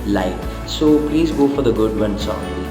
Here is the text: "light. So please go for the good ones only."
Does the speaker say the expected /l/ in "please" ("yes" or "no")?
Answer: yes